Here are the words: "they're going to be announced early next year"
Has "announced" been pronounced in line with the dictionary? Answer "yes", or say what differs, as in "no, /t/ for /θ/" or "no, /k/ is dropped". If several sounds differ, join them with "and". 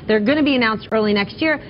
yes